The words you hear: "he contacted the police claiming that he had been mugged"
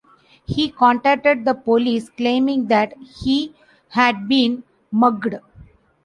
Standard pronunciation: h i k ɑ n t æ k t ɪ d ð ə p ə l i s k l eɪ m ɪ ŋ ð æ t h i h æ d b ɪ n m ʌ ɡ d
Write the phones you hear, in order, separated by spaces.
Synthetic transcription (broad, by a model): h i k ɑ n t æ k t ɪ d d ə p ə l i s k l eɪ m ɪ ŋ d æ t h i h æ d b ɪ n m ʌ ɡ d